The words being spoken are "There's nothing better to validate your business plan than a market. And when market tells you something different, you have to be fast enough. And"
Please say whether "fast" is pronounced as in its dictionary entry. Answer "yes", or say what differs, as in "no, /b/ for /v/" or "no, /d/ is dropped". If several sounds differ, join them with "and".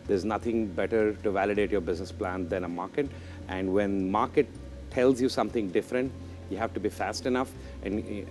yes